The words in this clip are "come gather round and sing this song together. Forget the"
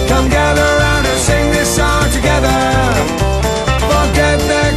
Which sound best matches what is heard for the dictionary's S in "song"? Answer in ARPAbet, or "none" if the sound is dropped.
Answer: SH